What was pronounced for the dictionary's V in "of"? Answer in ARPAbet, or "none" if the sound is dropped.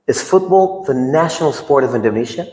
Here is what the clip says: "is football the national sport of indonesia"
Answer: V